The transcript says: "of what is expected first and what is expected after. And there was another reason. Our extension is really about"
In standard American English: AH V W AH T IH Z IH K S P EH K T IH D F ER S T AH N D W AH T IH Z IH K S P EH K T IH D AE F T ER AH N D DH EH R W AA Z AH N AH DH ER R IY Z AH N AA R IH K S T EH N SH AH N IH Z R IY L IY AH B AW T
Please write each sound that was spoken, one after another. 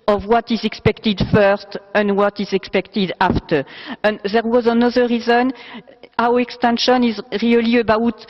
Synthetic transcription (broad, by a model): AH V W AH T IH Z IH K S P EH K T IH D F ER S T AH N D W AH T IH Z IH K S P EH K T IH D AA F T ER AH N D DH EH R W AA Z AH N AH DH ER R IY Z AH N AA W IH K S T EH N SH AH N IH Z R IY L IY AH B AW T